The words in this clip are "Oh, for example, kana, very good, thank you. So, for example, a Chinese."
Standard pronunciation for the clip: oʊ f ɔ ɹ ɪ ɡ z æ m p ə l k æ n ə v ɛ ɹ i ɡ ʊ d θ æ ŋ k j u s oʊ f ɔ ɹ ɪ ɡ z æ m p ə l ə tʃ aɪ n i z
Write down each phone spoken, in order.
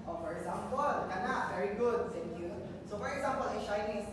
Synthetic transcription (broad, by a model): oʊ f ɔ ɹ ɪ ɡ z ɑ m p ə l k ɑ n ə v ɛ ɹ i ɡ ʊ d s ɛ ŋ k j u s oʊ f ɔ ɹ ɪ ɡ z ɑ m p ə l ə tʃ aɪ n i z